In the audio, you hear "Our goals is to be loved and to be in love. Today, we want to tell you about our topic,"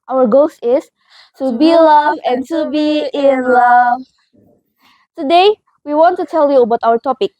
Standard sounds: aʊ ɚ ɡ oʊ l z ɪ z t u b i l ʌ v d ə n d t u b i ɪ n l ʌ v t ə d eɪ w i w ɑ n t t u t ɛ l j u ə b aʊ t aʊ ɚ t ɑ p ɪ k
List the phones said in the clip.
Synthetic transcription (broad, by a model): aʊ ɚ ɡ oʊ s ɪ s t u b i l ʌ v ə n t u b i ɪ n l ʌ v t ə d eɪ w i w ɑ n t t u t ɛ l j u ə b aʊ t aʊ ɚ t ɑ p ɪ k